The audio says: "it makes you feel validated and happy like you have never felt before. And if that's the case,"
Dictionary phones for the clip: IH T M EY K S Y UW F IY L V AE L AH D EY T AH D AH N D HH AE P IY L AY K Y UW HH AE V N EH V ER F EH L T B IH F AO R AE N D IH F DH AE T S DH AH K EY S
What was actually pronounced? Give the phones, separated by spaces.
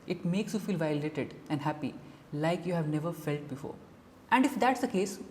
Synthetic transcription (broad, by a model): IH T M EY K S Y UW F IY L V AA AH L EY T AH D AH N D HH AE P IY L AY K Y UW HH AE V N EH V ER F EH L T B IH F AO R AE N D IH F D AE T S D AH K EY S